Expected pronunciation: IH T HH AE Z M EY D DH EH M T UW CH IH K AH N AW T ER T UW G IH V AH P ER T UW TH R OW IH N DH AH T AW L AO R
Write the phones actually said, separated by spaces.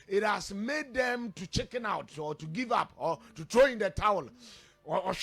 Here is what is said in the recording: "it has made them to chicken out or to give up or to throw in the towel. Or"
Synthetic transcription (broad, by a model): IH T HH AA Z M EY D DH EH M T UW CH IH K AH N AW T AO T UW G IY V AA P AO T UW T R OW IH N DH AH T AW L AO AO